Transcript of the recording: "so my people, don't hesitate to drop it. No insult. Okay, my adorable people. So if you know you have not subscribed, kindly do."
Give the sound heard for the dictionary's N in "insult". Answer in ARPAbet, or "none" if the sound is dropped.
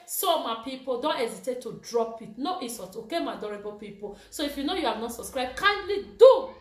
none